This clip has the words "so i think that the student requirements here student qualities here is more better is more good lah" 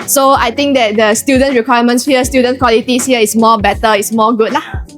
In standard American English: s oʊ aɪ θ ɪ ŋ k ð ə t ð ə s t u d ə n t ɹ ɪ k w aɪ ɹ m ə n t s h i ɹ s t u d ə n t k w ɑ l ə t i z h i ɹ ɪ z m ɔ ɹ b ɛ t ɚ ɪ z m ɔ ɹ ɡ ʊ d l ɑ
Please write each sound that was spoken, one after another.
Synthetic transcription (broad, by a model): s oʊ aɪ t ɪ ŋ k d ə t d ə s t u d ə n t ɹ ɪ k w aɪ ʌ m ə n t s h i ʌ s t u d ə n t k w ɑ l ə t i s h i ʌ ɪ s m ɔ b ɛ t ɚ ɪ s m ɔ ɡ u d l ɑ